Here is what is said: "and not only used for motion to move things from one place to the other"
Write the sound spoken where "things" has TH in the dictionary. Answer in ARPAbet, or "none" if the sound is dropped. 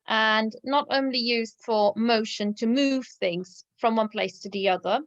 TH